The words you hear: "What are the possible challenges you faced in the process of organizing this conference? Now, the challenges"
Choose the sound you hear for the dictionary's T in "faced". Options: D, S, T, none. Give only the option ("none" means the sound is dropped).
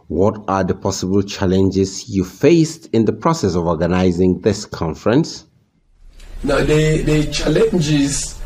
T